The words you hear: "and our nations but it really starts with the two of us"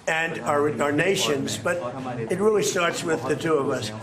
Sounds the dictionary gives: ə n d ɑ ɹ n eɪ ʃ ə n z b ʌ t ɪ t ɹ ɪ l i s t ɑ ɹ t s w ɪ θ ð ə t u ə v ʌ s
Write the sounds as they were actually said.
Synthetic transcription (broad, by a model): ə n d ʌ ɹ n eɪ ʃ ə n z b ʌ t ɪ t ɹ ɪ l i s t ɑ ɹ t s w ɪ ð ə t u ə v ʌ s